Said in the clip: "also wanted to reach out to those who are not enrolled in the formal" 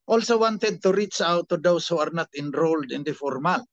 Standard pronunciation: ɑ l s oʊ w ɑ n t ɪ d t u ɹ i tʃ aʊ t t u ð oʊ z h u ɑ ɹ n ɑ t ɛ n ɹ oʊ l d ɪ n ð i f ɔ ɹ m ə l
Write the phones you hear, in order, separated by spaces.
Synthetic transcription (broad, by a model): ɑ l s oʊ w ɑ n t ɪ d t u ɹ i tʃ aʊ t t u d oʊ s h u ɑ ɹ n ɑ t ɛ n ɹ oʊ l d ɪ n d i f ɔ ɹ m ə l